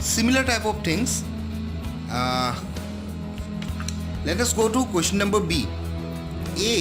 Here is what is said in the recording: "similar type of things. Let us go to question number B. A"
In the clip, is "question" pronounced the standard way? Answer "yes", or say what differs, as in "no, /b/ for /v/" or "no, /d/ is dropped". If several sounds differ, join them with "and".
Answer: no, /ʃ/ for /tʃ/